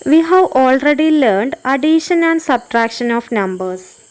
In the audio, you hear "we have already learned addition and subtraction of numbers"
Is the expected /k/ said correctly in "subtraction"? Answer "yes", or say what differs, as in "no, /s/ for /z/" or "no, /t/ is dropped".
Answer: yes